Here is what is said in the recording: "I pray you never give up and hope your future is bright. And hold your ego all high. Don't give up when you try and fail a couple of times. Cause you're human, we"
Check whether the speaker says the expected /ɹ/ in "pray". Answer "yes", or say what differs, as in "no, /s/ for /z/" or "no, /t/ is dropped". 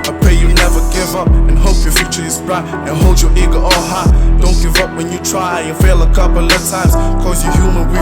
no, /ɹ/ is dropped